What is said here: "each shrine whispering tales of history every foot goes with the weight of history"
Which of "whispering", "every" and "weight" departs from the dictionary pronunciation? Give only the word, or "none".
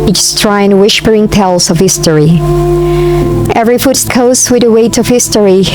whispering